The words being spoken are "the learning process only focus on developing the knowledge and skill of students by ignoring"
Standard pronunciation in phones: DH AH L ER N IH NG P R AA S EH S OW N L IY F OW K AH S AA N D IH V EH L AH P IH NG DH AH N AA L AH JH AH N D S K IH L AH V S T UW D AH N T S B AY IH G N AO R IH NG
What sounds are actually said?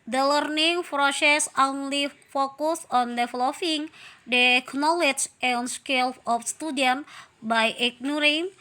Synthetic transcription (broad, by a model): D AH L ER N IH NG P R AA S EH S OW N L IY F OW K AH S AA N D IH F L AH F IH NG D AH N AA L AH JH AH N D S K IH L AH F S T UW D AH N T B AY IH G N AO R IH NG